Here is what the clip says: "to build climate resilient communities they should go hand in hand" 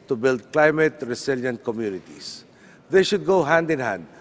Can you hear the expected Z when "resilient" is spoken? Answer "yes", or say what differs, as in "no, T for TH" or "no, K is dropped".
no, S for Z